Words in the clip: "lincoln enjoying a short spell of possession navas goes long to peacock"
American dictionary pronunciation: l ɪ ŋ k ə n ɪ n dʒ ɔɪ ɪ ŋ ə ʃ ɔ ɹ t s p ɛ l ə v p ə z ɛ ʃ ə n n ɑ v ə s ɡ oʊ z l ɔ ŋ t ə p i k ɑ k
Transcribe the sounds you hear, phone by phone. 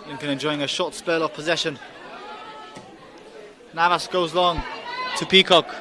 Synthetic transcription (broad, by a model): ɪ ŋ k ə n ɪ n dʒ ɔɪ ɪ ŋ ə ʃ ɔ t s p ɛ l ə v p ə z ɛ ʃ ə n n ɑ v ə s ɡ oʊ z l ɔ ŋ t ə p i k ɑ k